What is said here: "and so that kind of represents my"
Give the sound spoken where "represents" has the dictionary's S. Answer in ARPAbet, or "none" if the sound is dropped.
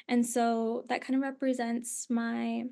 S